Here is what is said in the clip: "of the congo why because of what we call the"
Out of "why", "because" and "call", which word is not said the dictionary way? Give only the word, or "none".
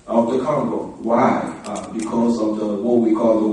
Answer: none